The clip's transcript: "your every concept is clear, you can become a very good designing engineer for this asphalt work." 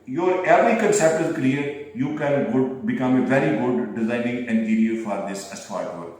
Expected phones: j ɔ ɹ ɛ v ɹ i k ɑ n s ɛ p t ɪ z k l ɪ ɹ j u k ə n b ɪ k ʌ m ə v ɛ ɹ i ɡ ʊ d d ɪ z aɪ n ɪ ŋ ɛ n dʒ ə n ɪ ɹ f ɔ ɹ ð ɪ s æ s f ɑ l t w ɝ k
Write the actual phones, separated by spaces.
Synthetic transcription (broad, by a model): j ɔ ɹ ɛ v ɹ i k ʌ n s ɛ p t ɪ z k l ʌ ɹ j u k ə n b ɪ k ʌ m ə v ɛ ɹ i ɡ ʊ d d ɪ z aɪ n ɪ ŋ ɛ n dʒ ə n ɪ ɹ f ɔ ɹ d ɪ s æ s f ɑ t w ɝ